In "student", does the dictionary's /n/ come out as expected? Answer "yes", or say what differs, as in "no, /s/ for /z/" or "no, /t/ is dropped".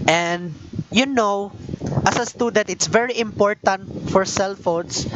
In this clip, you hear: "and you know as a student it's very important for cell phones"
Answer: no, /n/ is dropped